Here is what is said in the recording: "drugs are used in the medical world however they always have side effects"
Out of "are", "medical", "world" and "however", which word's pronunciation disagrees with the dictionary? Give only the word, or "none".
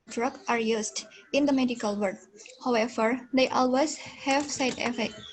world